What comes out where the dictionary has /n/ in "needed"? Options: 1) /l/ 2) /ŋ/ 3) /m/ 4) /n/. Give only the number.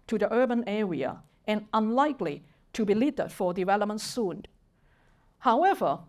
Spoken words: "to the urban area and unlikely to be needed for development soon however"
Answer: 1